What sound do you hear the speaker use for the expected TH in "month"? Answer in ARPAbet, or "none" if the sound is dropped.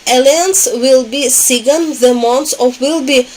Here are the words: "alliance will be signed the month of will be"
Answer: S